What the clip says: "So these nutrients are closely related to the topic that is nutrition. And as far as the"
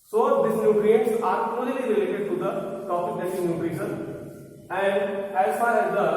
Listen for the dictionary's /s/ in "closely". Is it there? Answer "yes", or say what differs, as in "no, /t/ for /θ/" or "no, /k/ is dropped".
no, /s/ is dropped